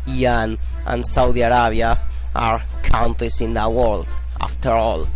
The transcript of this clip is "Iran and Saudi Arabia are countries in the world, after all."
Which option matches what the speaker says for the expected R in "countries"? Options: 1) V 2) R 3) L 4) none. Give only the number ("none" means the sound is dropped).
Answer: 4